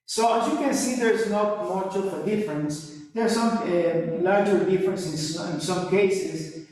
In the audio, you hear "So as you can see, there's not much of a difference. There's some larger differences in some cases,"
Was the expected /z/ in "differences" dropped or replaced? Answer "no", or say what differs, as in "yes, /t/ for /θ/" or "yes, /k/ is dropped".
yes, /s/ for /z/